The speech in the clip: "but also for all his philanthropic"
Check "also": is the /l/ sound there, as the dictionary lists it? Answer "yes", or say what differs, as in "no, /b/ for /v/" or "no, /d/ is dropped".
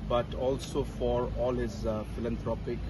yes